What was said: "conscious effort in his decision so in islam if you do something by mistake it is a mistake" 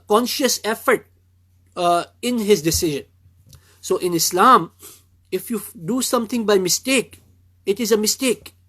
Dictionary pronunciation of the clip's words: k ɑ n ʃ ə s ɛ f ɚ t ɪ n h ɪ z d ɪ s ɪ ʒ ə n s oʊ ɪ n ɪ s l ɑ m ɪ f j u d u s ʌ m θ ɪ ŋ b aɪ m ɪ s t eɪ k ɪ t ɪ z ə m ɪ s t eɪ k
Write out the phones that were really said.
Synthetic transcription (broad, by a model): k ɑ n ʃ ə s ɛ f ɚ t ɪ n h ɪ z d ɪ s ɪ ʒ ə n s oʊ ɪ n ɪ s l ɑ m ɪ f j u d u s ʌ m t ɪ ŋ b aɪ m ɪ s t eɪ k ɪ t ɪ z ə m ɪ s t eɪ k